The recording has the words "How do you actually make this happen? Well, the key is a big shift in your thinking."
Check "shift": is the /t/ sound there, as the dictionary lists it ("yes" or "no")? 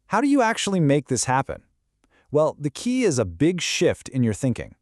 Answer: yes